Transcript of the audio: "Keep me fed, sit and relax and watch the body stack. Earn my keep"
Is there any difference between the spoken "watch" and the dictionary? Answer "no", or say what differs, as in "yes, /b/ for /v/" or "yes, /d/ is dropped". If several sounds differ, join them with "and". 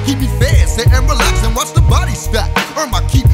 yes, /s/ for /tʃ/